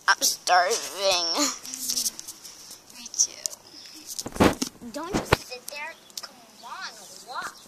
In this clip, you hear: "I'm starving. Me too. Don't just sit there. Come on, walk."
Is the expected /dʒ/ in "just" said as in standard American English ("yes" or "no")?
no